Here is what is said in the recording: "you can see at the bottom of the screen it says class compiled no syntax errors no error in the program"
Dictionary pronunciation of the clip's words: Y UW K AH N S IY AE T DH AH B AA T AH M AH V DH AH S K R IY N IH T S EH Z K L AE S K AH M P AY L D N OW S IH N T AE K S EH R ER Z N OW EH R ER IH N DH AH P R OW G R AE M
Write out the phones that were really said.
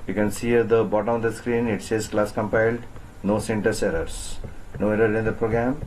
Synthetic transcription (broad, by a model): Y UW K AH N S IY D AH B AA T AH M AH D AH S K R IY N IH T S EH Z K L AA S K AH M P AY L D N OW S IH N T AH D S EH R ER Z N OW EH R ER IH N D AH P R OW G R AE M